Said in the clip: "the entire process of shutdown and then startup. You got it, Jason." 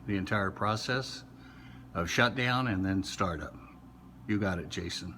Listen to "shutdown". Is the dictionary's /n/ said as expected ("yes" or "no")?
yes